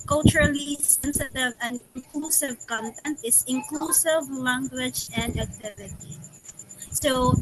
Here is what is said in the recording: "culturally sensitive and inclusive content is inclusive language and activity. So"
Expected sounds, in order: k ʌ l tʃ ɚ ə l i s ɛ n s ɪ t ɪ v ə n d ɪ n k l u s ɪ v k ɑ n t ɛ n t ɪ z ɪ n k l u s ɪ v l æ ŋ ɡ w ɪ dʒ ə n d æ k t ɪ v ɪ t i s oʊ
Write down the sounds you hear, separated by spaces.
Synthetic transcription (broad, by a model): k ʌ l tʃ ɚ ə l i s ɛ n s ɪ t ɪ v ə n d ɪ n k l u s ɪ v k ɑ n t ɛ n t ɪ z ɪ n k l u s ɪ v l æ ŋ ɡ w ɪ dʒ ə n d æ k t ɪ v ɪ t i s oʊ